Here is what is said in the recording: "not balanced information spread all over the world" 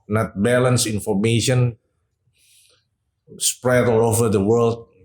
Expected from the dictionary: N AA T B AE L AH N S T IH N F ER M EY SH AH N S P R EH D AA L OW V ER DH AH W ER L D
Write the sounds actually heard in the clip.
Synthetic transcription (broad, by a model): N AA T B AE L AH N S IH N F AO M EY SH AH N S P R EH D AA L OW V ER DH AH W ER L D